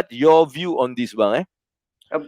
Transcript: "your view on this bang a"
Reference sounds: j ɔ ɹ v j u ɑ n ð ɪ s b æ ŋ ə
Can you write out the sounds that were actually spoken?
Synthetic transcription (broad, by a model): j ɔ v j u ɑ n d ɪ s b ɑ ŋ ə